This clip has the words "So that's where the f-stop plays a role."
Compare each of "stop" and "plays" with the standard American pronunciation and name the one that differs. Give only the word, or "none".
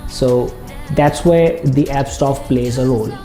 stop